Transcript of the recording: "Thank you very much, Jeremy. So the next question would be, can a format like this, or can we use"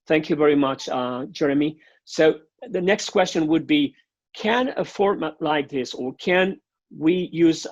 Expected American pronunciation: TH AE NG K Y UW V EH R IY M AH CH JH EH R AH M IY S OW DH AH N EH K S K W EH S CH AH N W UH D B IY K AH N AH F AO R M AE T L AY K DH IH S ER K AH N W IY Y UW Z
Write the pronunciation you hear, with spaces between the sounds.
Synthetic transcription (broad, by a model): TH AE NG K Y UW V EH R IY M AH CH JH EH R AH M IY S OW DH AH N EH K S K W EH S CH AH N W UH D B IY K AH N AH F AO R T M L AY K DH IH S ER K AH N W IY Y UW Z